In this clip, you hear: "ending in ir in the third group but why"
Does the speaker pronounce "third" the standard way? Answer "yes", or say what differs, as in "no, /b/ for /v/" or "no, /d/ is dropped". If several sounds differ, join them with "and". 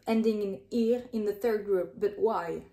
yes